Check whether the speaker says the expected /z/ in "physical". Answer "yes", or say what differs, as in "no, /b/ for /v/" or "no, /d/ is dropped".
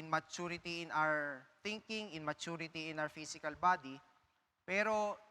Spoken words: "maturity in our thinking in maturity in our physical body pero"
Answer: no, /s/ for /z/